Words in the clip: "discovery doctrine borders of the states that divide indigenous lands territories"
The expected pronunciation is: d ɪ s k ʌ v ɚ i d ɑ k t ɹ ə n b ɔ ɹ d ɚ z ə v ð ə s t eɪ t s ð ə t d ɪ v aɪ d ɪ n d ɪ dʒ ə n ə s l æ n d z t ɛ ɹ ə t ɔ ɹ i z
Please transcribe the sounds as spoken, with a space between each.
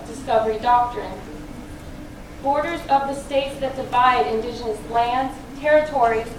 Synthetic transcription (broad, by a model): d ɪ s k ʌ v ɚ i d ɑ k t ɹ ə n b ɔ ɹ d ɚ z ə v ð ə s t eɪ t s ð ə t d ɪ v aɪ d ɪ n d ɪ dʒ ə n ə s l æ n d z t ɛ ɹ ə t ɔ ɹ i